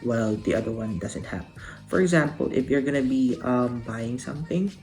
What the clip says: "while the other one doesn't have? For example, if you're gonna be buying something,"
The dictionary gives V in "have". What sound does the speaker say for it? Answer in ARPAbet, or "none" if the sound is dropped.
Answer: P